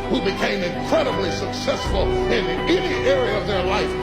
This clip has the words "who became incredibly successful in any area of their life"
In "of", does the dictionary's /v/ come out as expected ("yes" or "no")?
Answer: yes